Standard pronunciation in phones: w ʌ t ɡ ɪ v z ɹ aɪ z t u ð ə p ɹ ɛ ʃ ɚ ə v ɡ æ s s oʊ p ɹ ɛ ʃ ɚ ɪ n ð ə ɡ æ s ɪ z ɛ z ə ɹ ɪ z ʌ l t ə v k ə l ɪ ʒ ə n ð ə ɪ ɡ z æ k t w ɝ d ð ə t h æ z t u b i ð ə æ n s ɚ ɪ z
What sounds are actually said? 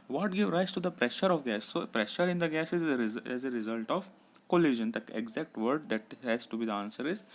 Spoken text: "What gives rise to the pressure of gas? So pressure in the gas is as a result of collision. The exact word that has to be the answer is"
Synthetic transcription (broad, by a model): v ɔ t ɡ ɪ v ɹ aɪ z t u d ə p ɹ ɛ ʃ ɚ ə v ɡ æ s s oʊ p ɹ ɛ ʃ ɚ ɪ n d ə ɡ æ s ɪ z ɛ z ə ɹ ɪ z ʌ l t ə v k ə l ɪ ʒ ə n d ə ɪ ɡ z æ k t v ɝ d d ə t h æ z t u b i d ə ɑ n s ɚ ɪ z